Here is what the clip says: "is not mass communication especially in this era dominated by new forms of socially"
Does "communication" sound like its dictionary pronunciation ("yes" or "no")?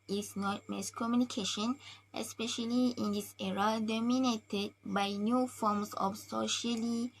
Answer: yes